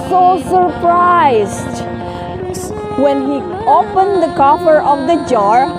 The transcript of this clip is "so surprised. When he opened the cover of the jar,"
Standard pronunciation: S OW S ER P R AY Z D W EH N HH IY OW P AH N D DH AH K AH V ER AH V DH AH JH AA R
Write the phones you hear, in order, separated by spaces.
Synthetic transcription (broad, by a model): S OW S ER P R AY Z D W EH N HH IY OW P AH N D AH K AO F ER AH V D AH JH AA R